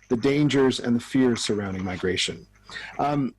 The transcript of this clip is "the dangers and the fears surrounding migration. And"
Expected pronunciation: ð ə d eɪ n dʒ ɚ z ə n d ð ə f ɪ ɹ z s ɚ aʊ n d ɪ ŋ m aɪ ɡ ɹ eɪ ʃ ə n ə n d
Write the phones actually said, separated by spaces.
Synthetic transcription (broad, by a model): ð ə d eɪ n dʒ ɚ z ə n ð ə f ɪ ɹ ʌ s ɚ aʊ n d ɪ ŋ m aɪ ɡ ɹ eɪ ə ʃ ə n